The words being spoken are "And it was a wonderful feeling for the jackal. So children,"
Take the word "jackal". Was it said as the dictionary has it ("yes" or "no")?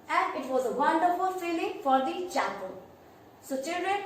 no